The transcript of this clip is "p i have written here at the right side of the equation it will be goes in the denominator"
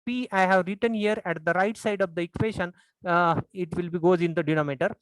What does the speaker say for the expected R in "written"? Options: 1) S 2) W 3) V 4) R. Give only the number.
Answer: 4